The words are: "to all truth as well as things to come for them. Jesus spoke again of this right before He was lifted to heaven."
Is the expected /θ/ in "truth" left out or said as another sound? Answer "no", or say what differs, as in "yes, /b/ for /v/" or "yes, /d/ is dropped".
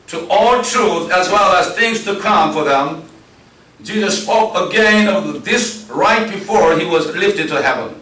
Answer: no